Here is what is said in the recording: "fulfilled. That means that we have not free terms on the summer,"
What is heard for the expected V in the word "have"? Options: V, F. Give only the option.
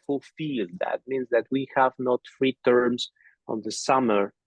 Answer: V